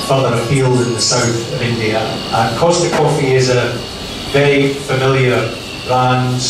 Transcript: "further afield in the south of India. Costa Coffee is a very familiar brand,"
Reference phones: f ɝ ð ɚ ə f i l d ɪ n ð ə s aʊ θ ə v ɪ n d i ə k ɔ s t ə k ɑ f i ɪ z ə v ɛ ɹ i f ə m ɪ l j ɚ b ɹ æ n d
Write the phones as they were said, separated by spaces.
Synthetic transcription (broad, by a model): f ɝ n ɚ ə p i l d ɪ n ð ə s aʊ θ ə v ɪ n d i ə k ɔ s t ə k ɑ f i ɪ z ə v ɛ i f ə m ɪ l j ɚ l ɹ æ n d